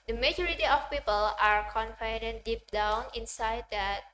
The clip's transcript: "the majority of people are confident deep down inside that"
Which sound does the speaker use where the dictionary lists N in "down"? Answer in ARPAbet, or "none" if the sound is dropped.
N